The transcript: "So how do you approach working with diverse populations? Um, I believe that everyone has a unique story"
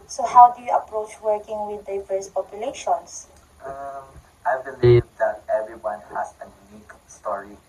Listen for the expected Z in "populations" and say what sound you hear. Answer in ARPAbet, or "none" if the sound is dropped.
S